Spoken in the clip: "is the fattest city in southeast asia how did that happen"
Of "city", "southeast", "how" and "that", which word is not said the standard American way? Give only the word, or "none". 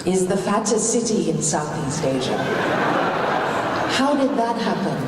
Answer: none